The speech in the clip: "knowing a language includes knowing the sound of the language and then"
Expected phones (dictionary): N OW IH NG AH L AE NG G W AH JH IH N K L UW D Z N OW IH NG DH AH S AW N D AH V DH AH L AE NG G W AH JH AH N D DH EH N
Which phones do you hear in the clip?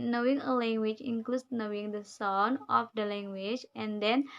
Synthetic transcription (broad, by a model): N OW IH NG AH L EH NG G W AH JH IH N K L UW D N OW IH NG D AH S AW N AH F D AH L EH NG G W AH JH AH N D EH N